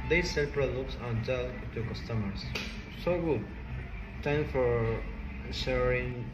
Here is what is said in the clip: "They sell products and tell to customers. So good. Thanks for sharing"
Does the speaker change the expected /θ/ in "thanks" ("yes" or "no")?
yes